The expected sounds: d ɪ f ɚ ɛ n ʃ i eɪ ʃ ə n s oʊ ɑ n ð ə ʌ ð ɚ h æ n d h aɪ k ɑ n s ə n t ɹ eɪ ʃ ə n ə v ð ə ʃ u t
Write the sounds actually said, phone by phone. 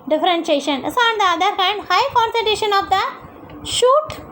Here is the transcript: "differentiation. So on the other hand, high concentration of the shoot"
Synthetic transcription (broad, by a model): d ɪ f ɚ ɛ n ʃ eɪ ʃ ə n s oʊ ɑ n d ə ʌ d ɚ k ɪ n d h aɪ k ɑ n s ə t eɪ ʃ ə n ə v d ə ʃ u t